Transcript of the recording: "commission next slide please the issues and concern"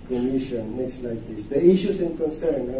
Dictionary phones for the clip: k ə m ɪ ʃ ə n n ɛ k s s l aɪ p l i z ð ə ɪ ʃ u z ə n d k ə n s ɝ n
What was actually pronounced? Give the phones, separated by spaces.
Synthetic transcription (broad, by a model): k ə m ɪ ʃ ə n n ɛ k s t l aɪ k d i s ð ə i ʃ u s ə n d k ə n s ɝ n